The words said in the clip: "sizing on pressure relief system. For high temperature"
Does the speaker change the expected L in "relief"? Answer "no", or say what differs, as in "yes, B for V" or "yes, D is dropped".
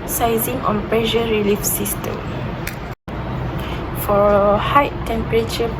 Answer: no